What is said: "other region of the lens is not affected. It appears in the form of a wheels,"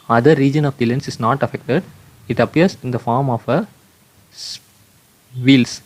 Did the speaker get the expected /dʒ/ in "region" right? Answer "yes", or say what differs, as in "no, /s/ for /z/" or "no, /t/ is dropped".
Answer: yes